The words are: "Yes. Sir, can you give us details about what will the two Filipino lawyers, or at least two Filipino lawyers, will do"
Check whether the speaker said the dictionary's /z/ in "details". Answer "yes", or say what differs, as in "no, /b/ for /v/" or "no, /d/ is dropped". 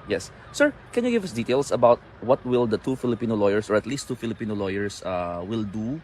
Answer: no, /s/ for /z/